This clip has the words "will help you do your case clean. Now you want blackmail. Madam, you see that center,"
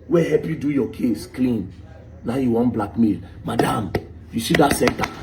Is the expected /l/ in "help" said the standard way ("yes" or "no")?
no